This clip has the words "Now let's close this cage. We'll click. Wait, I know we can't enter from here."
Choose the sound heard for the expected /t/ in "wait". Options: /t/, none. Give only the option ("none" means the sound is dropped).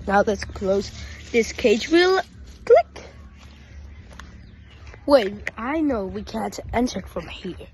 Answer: none